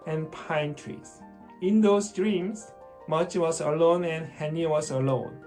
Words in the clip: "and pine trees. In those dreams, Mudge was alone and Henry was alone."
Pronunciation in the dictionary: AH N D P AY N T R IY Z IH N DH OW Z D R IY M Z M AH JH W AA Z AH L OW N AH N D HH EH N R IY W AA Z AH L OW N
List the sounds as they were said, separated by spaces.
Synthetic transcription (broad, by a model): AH N P AY N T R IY S IH N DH OW S D R IY M S M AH CH W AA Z AH L OW N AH N HH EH N IY W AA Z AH L OW N